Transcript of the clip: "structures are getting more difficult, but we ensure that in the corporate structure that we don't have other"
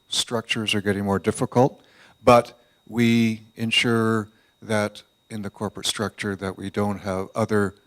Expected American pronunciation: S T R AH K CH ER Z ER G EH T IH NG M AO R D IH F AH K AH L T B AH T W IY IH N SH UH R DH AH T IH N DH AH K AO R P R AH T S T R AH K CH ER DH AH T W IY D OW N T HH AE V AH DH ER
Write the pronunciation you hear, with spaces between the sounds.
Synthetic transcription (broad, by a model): S T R AH K CH ER Z ER G EH T IH NG M AO R D IH F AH K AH L T B AH T W IY IH N SH UH R DH AH T IH N DH AH K AO R P R AH T S T R AH K CH ER DH AH T W IY D OW N T HH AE V AH DH ER